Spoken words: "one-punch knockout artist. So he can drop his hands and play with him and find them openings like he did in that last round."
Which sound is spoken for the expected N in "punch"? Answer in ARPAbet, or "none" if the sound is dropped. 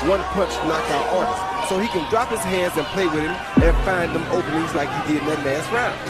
none